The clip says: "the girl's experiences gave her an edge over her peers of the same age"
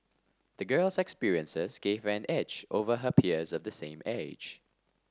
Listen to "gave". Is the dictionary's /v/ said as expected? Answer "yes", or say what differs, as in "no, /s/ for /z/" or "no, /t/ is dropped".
yes